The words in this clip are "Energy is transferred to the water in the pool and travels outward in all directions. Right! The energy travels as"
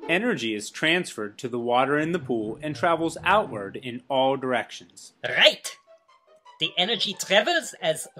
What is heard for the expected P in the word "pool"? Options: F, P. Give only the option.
P